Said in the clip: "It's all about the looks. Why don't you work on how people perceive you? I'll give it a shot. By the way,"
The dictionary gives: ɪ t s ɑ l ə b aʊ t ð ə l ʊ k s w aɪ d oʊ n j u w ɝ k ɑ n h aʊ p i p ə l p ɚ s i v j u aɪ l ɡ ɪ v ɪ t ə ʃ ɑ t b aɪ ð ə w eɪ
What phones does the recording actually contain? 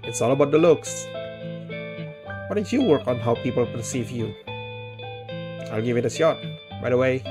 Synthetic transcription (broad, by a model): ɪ t s ɑ l ə b aʊ t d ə l ʊ k s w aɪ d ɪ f j u w ɝ k ɑ n h aʊ p i p ə l p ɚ s i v j u aɪ l ɡ ɪ v ɪ t ə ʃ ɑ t b aɪ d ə w eɪ